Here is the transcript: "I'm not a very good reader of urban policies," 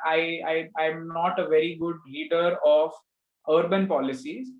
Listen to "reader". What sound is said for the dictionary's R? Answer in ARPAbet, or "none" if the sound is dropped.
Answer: L